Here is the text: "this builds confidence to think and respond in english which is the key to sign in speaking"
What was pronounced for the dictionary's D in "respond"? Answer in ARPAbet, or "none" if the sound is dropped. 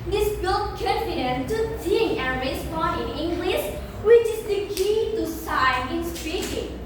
none